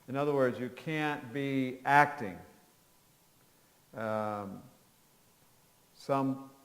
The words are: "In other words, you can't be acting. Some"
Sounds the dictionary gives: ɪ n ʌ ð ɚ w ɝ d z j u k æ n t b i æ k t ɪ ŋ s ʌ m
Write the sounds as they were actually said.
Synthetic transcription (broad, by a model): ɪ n ʌ ð ɚ w ɝ d z j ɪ k æ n b i æ k t ɪ ŋ s ʌ m